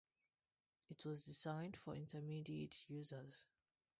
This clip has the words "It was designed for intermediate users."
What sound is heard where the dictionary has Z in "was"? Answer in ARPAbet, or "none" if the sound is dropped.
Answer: Z